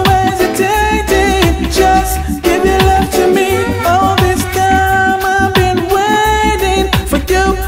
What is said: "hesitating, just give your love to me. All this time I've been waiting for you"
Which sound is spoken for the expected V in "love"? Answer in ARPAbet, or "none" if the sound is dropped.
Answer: F